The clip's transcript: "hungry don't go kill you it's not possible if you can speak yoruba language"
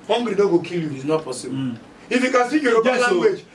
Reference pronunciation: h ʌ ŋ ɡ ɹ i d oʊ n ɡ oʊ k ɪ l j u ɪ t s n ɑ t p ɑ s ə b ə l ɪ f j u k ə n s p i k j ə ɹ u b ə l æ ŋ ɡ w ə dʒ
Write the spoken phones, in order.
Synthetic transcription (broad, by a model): h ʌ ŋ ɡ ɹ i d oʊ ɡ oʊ k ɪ l j u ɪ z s n ɑ t p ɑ s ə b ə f j u k ə n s i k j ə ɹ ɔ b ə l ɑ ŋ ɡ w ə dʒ